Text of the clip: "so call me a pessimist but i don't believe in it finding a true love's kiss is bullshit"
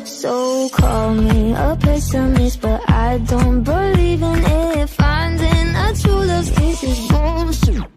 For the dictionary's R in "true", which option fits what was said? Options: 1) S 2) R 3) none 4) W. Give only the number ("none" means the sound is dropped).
3